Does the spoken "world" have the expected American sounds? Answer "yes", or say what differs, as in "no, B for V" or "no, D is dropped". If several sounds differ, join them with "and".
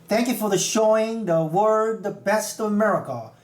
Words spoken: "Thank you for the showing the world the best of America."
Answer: no, L is dropped